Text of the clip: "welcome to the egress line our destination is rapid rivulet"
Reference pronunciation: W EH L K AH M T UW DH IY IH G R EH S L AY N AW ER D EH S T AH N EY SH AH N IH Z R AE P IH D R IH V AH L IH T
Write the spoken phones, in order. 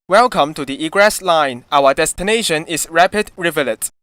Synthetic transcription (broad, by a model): W EH L K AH M T UW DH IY IH G R EH S L AY N AW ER D EH S T AH N EY SH AH N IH S R AE P IH D R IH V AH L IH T